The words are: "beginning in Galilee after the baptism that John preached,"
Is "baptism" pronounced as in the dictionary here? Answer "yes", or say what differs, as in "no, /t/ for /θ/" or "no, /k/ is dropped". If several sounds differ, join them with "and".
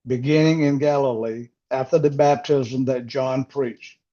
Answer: yes